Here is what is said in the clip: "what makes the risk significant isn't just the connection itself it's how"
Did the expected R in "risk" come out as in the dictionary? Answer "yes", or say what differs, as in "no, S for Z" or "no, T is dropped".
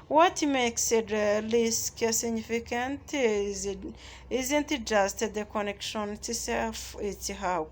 no, L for R